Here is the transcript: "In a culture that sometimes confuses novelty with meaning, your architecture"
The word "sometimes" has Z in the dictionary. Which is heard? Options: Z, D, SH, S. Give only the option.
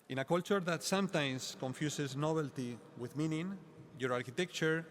S